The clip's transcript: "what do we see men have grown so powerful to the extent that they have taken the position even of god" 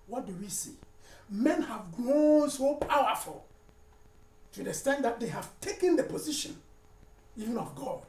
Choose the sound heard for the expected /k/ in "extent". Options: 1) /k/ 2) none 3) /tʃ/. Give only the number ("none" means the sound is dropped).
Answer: 2